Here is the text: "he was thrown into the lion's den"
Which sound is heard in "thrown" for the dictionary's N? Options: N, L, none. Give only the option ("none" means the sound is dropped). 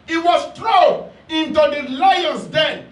none